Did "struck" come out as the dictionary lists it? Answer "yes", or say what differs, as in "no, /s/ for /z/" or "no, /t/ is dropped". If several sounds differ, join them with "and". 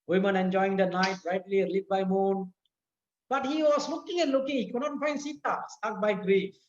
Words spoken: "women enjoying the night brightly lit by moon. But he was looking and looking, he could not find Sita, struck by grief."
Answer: no, /ɹ/ is dropped